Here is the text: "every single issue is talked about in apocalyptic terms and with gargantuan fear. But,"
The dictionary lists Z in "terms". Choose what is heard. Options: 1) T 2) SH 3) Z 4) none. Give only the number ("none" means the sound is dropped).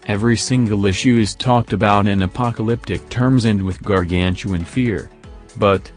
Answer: 3